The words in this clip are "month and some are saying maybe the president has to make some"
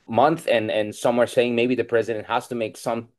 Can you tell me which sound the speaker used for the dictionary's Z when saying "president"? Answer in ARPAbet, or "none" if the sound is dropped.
Z